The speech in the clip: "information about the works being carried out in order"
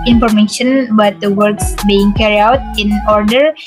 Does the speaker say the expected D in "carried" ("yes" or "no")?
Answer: no